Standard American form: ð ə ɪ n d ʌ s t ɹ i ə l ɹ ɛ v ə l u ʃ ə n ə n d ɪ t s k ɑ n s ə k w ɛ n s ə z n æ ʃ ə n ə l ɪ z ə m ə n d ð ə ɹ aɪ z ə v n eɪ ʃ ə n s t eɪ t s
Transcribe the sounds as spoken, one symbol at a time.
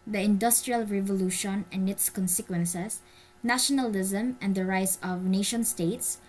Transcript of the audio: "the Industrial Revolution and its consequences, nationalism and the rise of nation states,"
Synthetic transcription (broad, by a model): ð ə ɪ n d ʌ s t ɹ i ə l ɹ ɛ v ə l u ʃ ə n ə n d ɪ t s k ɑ n s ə k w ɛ n s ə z n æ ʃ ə n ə l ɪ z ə m ə n d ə ɹ aɪ s ə v n eɪ ʃ ə n s t eɪ t s